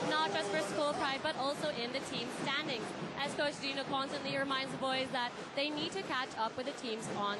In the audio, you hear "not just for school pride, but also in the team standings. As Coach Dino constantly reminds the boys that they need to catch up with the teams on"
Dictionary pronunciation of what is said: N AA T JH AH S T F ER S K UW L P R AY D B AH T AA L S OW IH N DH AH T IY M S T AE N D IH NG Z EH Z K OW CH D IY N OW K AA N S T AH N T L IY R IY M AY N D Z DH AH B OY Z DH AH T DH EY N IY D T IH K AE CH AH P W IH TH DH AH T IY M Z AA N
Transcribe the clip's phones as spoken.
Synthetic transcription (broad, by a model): N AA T JH AH S T F ER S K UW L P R AY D B AH T AA L S OW IH N DH AH T IY M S T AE N D IH NG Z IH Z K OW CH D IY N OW K AA N S T AH N T L IY R IY M AY N D Z DH AH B OY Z DH AH T DH EY N IY D T IH K AE CH AH P W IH DH AH T IY M Z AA N